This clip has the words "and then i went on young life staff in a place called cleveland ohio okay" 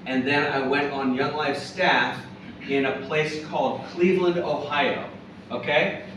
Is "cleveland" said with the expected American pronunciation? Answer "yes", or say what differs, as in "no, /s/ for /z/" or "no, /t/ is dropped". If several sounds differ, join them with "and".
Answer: yes